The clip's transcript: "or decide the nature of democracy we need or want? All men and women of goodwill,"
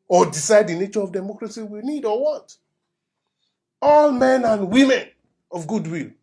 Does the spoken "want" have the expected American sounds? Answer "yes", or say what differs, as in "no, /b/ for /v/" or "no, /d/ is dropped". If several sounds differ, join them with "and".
no, /n/ is dropped